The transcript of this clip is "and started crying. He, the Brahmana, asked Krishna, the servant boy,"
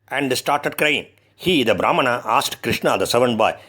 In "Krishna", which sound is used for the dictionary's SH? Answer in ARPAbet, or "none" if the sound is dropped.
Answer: SH